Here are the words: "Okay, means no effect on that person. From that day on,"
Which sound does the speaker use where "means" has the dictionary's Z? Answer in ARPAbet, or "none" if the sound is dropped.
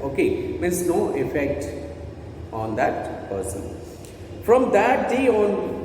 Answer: S